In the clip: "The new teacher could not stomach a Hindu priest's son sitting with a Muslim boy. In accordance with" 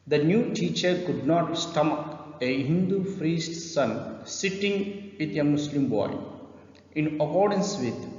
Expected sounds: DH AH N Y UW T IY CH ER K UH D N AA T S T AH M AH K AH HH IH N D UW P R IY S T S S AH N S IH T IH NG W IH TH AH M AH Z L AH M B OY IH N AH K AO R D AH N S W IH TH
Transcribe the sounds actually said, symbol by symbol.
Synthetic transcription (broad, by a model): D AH N Y UW T IY CH ER K UH D N AA T S T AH M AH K AH HH IH N D UW F R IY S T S S AH N S IH T IH NG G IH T AH M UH S L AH M B OY IH N AH K AO R D AH N S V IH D